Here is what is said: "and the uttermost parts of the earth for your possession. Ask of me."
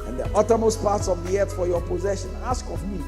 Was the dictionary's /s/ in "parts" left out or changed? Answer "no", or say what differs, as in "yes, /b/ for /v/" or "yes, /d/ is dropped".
no